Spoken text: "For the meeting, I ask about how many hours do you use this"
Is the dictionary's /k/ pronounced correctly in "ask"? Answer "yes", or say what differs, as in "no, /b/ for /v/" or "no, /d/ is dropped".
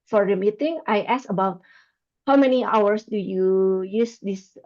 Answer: no, /k/ is dropped